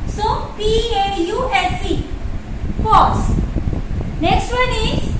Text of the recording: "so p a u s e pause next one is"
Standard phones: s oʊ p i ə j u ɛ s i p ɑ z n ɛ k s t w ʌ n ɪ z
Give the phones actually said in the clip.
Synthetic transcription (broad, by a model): s oʊ p i ə j u ɛ s i f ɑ s n ɛ k s t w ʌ n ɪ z